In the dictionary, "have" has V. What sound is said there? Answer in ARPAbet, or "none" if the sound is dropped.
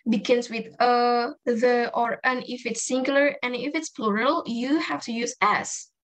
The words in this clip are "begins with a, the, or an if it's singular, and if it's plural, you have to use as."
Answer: F